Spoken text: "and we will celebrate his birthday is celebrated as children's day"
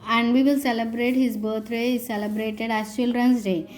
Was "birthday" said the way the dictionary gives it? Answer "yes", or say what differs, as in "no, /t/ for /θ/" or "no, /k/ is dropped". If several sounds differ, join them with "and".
no, /t/ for /θ/